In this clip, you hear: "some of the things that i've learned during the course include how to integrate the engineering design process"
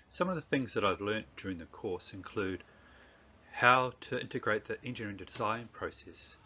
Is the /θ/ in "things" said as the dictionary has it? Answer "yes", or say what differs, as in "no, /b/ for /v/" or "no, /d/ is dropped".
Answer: yes